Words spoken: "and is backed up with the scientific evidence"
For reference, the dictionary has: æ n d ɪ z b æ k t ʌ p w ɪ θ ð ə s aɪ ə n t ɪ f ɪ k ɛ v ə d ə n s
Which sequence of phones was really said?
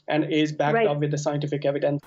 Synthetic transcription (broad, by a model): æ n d ɪ z b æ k ʌ p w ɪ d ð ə s aɪ ə n t ɪ f ɪ k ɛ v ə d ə n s